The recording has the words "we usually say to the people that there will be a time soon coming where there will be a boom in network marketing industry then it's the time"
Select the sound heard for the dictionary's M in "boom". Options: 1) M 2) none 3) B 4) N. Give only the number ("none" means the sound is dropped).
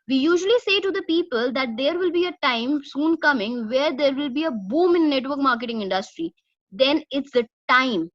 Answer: 1